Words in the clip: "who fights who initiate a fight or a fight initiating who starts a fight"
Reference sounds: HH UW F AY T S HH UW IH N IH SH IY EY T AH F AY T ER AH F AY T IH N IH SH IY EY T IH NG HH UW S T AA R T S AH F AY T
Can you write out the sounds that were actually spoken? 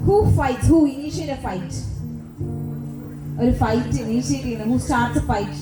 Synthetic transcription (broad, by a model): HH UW F AY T HH UW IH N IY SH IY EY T AH F AY T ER F AY T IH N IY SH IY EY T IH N HH UW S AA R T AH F AY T